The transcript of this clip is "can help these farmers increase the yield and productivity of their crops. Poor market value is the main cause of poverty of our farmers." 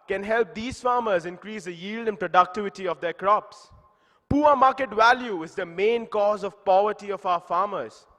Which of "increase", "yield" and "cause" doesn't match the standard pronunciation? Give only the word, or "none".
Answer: none